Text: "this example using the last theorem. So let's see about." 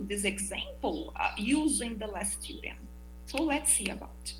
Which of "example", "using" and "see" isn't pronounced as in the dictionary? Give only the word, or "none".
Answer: none